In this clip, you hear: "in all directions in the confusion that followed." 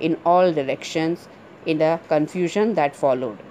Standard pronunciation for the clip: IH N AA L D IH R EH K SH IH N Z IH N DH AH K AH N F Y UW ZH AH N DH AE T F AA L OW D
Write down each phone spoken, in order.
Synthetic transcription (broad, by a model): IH N AA L D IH R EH K SH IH N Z IH N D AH K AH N F Y UW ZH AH N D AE T F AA L OW D